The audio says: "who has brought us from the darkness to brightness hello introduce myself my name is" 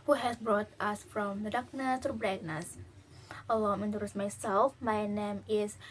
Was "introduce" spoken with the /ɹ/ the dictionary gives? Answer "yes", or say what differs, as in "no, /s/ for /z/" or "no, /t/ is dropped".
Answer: no, /ɹ/ is dropped